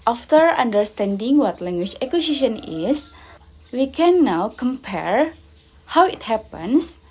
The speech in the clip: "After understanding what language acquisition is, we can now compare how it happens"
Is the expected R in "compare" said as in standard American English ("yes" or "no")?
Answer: yes